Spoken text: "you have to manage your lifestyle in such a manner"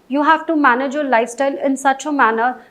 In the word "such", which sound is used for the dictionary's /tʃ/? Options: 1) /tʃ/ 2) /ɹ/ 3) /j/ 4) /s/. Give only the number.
1